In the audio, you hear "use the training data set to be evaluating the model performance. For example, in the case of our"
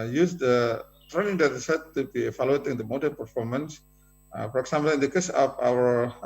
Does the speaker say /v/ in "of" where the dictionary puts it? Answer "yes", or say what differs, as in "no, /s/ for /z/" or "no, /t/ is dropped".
no, /p/ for /v/